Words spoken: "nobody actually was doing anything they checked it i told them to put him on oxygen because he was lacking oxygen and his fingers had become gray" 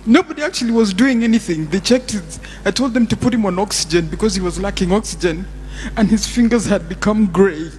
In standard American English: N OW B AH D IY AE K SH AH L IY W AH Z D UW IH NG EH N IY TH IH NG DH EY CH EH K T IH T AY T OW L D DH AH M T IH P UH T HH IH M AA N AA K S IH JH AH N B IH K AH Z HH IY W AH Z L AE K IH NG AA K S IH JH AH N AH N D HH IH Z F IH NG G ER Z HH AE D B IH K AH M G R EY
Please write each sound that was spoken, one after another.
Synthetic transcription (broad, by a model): N OW B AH D IY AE K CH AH L IY W AH Z D UW IH NG EH N IY TH IH NG DH EY CH EH K T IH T AY T OW L D DH AH M T IH P UH T HH IH M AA N AA K S IH JH AH N B IH K AH Z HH IY W AH Z L AE K IH NG AA K S IH JH AH N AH N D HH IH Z F IH NG G ER Z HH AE D B IH K AH M G R EY